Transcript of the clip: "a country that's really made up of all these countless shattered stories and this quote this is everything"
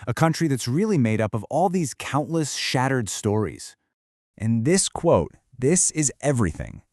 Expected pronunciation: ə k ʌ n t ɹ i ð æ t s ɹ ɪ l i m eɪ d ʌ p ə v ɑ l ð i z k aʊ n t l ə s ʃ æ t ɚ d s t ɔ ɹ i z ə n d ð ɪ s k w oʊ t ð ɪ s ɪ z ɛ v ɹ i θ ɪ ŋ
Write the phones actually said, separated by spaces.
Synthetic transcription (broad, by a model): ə k ʌ n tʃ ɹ i ð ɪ t s ɹ ɪ l i m eɪ d ʌ p ə v ɑ l ð i z k aʊ n t l ə s ʃ æ t ɚ d s t ɔ ɹ i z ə n ð ɪ s k w oʊ t ð ɪ s ɪ z ɛ v ɹ i θ ɪ ŋ